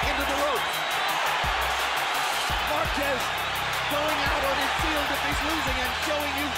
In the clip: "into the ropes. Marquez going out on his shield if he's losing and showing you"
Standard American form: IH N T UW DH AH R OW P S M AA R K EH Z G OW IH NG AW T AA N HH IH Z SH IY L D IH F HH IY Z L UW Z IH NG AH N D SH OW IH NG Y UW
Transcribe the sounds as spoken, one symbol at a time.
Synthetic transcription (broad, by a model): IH N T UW DH AH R OW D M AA R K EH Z G OW IH NG AW T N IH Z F IY L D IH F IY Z L UW Z IH NG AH N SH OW IH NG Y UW